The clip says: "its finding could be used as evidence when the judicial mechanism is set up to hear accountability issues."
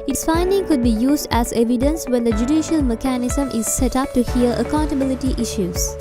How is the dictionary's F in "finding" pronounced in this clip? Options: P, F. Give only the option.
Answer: F